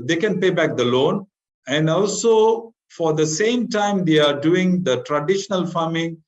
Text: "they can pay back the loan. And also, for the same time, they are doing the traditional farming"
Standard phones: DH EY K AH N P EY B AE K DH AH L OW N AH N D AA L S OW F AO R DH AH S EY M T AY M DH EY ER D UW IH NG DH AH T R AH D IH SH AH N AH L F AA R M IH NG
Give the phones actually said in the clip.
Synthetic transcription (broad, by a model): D EY K AH N P EY B AE K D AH L OW N AH N D AA L S OW F AO R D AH S EY M T AY M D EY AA D UW IH NG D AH T R AH D IH SH AH N AH L F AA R M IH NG